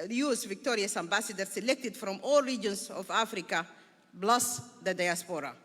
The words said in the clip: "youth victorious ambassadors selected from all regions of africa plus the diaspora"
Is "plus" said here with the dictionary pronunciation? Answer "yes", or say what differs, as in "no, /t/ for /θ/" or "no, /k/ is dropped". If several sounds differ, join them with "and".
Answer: no, /b/ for /p/